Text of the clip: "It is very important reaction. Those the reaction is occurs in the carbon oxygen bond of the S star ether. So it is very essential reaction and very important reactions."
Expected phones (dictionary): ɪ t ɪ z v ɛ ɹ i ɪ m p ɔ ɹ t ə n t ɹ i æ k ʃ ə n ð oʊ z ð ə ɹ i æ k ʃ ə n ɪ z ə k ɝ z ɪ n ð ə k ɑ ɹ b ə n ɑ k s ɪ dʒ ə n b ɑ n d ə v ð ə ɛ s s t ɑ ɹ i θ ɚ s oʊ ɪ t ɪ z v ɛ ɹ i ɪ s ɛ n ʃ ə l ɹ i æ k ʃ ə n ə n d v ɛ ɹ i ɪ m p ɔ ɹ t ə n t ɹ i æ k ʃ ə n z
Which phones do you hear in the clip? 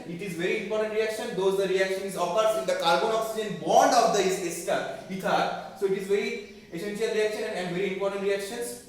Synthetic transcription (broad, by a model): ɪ t ɪ z v ɛ ɹ i ɪ m p ɔ ɹ t ə n t ɹ i æ k ʃ ə n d oʊ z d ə ɹ i æ k ʃ ə n ɪ z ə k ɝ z ɪ n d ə k ɑ ɹ b ə n ɑ k s ɪ dʒ ə n b ɑ n d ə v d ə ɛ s s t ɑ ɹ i t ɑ s oʊ ɪ t ɪ z v ɛ ɹ i ɪ s ɛ n ʃ ə l ɹ i æ k ʃ ə n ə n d v ɛ ɹ i ɪ m p ɔ ɹ t ə n t ɹ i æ k ʃ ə n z